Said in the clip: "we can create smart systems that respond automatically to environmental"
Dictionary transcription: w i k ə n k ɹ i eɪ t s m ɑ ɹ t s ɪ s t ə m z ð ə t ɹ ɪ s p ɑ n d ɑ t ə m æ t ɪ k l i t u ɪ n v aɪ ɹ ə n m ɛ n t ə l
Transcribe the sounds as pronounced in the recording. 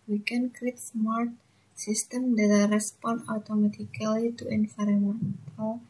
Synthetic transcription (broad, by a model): w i k ə n k ɹ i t s m ɑ ɹ t s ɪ s t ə m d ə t ɹ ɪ s p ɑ n ɑ t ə m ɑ t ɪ k l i t u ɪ n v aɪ ɹ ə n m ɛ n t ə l